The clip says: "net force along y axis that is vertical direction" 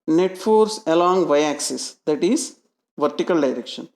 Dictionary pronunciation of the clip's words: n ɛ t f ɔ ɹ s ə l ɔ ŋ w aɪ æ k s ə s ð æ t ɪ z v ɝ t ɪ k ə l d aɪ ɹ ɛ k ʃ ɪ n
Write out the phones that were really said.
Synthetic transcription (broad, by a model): n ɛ t f ɔ ɹ s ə l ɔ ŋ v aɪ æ k s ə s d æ t ɪ z v ɝ t ɪ k ə l d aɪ ɹ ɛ k ʃ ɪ n